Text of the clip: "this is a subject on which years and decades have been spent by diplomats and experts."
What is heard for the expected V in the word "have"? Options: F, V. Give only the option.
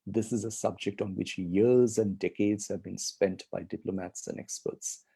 V